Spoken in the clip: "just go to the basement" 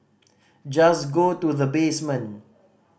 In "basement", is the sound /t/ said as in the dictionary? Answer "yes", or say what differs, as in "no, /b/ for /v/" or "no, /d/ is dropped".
no, /t/ is dropped